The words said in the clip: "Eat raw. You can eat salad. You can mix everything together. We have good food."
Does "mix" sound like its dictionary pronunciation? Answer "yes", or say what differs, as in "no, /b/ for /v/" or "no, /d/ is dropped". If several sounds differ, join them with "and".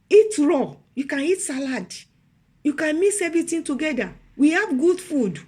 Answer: no, /k/ is dropped